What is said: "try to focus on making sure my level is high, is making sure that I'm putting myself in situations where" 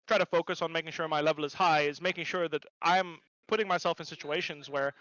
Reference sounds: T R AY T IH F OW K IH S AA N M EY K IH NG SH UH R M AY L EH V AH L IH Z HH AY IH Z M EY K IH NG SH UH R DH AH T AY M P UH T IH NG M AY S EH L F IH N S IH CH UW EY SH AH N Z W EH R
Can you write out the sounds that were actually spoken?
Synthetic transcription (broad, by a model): T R AY T IH F OW K IH S N M EY K IH NG SH UH R M AY L EH V L IH Z HH AY IH Z M EY K IH NG SH UH R DH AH T AY M P UH T IH NG M AY S EH L F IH N S IH CH UW EY SH AH N Z W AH R